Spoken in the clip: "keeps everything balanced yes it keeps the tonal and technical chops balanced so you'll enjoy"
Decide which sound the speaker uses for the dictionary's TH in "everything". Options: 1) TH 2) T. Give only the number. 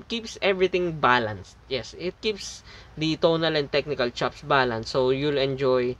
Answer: 2